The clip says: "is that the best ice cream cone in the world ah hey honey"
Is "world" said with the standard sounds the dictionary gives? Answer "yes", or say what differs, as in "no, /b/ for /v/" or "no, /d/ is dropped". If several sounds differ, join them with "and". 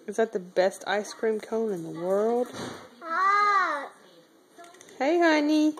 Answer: yes